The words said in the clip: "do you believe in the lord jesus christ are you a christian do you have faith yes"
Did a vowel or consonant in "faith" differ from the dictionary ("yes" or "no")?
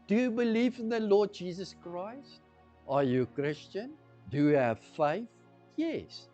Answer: no